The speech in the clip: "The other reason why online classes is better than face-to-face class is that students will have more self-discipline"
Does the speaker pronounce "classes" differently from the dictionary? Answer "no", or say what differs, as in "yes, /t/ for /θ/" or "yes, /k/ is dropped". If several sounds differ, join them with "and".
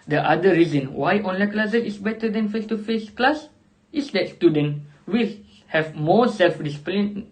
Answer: yes, /s/ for /z/